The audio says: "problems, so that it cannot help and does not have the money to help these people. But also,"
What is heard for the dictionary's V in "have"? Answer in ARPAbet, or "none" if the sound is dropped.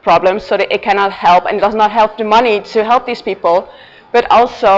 P